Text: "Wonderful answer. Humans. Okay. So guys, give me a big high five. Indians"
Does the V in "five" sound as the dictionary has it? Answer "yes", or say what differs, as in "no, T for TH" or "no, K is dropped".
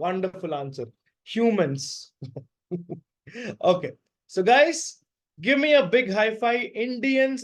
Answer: no, V is dropped